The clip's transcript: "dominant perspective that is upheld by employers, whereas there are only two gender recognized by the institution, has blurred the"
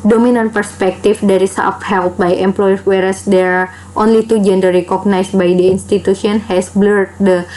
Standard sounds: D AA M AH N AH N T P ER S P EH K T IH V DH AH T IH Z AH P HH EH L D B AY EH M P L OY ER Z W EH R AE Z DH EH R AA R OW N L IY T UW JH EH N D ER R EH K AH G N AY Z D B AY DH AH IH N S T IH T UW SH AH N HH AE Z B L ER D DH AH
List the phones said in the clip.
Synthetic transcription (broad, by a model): D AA M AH N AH N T P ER S P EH K T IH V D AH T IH S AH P HH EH L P B AY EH M P L OY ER W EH R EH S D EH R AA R OW N L IY T UW JH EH N D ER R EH K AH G N AY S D B AY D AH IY N S T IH T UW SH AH N HH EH S B L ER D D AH